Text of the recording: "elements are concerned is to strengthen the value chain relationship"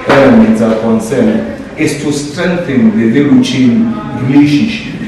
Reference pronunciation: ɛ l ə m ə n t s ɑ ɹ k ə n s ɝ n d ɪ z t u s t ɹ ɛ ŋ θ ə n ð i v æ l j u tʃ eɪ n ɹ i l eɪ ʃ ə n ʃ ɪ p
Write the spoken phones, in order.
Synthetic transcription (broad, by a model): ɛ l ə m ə n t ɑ l k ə n s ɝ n ɪ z t u s t ɹ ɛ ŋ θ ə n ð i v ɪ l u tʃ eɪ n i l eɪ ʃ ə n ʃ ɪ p